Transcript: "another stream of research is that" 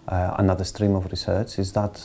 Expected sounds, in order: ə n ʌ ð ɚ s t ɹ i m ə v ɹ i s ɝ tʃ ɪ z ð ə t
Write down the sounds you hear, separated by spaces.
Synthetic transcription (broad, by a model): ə n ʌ ð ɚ s t ɹ i m ə v ɹ i s ɝ tʃ ɪ z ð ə t